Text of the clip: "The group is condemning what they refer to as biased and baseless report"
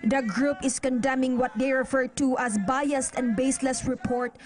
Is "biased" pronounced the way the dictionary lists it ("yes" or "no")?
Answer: yes